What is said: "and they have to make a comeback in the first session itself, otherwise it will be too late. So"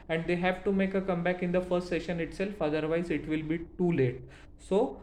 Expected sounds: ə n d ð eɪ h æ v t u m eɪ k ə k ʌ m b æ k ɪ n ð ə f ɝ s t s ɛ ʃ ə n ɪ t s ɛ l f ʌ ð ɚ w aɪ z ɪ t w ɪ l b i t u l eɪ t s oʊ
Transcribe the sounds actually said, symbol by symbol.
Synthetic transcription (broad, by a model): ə n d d eɪ h æ v t u m eɪ k ə k ʌ m b æ k ɪ n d ə f ɝ s t s ɛ ʃ ə n ɪ t s ɛ l f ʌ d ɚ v aɪ z ɪ t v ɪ l b i t u l eɪ t s oʊ